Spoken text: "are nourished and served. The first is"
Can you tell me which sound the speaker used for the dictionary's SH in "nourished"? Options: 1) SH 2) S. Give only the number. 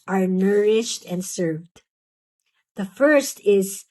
1